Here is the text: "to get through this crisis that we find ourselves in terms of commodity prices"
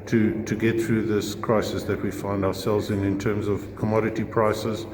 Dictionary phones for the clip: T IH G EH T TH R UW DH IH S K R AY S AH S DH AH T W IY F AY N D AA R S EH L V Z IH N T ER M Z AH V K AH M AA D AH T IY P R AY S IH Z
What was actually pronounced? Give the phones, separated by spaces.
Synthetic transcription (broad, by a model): T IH G EH T TH R UW DH IH S K R AY S AH S DH AH T W IY F AY N D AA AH S EH L V Z IH N T ER M Z AH V K AH M AA D AH T IY P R AY S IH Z